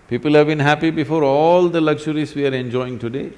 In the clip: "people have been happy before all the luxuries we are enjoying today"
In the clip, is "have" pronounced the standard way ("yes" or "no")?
yes